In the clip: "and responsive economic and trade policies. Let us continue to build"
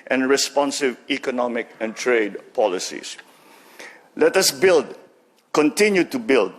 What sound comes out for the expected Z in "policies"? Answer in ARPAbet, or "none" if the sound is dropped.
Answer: S